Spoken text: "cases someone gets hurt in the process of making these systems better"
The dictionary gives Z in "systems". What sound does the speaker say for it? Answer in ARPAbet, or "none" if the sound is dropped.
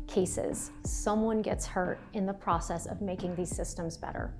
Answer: Z